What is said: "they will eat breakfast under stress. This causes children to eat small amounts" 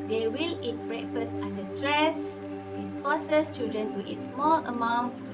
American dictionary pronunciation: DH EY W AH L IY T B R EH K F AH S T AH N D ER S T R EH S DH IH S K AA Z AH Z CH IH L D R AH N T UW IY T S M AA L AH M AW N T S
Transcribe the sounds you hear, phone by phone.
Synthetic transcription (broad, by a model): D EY W AH L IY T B R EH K F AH S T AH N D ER S T R EH S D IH S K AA S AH S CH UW D R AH N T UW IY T S M AA L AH M AW N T